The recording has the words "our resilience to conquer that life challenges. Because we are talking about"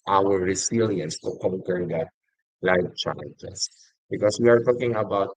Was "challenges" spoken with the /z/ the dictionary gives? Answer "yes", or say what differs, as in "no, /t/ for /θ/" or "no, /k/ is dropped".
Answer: no, /s/ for /z/